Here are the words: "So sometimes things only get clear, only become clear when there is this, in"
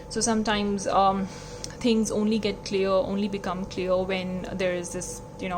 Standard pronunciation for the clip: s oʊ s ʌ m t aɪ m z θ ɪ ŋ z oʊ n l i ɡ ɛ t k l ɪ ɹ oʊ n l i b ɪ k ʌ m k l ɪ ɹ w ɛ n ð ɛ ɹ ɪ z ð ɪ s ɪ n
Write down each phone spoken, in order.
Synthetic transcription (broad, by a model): s oʊ s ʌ m t aɪ m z t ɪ ŋ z oʊ n l i ɡ ɛ t k l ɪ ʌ oʊ n l i b ɪ k ʌ m k l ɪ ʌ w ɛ n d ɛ ɹ ɪ z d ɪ s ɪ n